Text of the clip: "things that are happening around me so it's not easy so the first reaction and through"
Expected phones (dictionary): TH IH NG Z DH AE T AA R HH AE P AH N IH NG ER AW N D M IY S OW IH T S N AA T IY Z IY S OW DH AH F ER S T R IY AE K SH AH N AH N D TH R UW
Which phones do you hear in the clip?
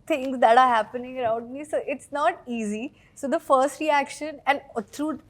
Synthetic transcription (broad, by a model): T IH NG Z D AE T AA R HH AE P AH N IH NG ER AW N D M IY S OW IH T S N AA T IY Z IY S OW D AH F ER S T R IY AE K SH AH N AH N D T R UW